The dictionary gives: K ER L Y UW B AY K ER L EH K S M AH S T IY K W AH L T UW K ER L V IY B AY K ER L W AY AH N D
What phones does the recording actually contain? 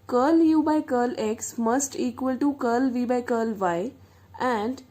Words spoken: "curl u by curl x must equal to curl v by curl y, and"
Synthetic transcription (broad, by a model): K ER L Y UW B AY K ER L EH K S M AH S T IY K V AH L T UW K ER L V IY B AY K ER L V AY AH N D